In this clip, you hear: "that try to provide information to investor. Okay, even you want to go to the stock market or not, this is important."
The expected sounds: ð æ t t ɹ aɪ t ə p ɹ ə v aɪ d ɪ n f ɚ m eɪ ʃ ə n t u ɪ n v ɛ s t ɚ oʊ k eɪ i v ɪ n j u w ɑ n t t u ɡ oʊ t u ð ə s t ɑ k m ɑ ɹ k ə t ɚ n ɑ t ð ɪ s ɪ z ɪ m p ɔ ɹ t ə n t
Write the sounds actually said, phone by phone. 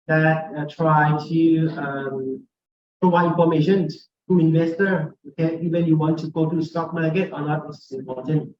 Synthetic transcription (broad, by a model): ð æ t t ɹ aɪ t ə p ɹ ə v aɪ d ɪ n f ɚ m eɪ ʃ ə n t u ɪ n v ɛ s t ɚ oʊ k eɪ i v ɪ n j u w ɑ n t t u ɡ oʊ t u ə s t ɑ k m ɑ ɹ k ə t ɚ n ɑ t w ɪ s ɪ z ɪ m p ɔ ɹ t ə n t